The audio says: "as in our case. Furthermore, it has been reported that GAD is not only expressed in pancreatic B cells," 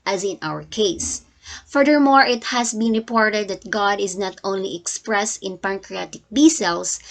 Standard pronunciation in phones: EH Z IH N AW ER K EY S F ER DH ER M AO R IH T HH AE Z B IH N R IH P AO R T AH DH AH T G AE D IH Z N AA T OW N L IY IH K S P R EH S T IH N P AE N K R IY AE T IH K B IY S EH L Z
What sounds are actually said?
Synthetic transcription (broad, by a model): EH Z IH N AW ER K EY S F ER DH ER M AO R IH T HH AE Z B IH N R IH P AO R T AH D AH T G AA D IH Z N AA T OW N L IY IH K S P R EH S T IH N P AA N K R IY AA T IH K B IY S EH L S